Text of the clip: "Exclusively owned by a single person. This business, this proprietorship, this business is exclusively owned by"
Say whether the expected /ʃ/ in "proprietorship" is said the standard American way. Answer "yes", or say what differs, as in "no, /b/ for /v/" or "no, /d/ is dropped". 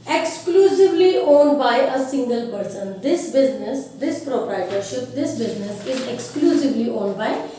yes